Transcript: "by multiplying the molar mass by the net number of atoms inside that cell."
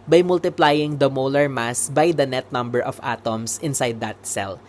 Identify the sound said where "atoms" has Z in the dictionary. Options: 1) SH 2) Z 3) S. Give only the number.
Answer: 3